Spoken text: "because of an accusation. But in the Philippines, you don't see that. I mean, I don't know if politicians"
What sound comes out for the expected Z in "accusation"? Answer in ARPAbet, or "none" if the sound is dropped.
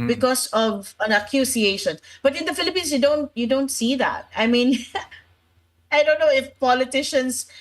S